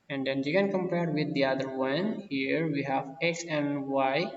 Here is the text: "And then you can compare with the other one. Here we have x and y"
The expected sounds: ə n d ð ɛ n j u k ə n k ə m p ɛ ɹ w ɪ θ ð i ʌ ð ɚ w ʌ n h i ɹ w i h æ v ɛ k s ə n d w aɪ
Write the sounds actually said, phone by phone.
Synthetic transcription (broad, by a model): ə n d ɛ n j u k ə n k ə m p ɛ ɹ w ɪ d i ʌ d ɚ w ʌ n h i ɹ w i h æ v ɛ k s ə n d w aɪ